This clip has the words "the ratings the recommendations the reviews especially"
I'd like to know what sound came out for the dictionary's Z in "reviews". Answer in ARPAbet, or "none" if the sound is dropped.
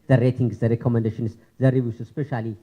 S